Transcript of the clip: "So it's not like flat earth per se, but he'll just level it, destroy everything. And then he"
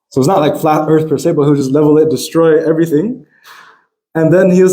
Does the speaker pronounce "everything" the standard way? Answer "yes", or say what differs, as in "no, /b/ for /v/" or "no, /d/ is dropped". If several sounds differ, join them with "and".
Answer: yes